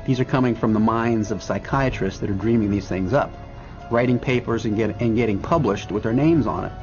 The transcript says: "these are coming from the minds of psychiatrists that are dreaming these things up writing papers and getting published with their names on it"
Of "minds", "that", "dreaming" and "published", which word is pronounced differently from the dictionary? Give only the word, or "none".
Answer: none